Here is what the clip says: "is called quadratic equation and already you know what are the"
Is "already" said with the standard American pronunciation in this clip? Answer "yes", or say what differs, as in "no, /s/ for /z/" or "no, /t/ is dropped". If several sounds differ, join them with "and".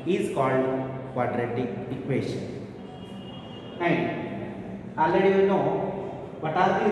no, /ɹ/ is dropped